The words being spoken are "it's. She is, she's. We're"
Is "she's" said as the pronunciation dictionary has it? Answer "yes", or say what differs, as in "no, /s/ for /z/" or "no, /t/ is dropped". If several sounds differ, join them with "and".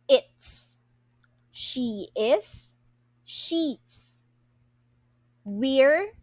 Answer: no, /s/ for /z/